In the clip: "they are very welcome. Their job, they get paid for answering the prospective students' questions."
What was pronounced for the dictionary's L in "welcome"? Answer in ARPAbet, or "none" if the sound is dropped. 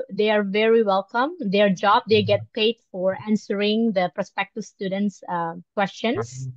L